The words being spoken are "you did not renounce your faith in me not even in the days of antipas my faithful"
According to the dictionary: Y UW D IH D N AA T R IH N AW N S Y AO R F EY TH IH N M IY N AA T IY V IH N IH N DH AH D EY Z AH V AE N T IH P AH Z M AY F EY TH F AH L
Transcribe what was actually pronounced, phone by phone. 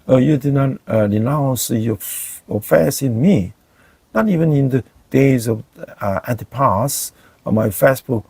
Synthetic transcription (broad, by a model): Y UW D IH D N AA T R IH N AW N S Y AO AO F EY S IH N M IY N AA T IY V IH N IH N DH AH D EY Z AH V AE N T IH P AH S M AY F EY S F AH